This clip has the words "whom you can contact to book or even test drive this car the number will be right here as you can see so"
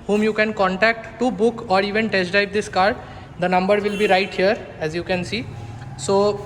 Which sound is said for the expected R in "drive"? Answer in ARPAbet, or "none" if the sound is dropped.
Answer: none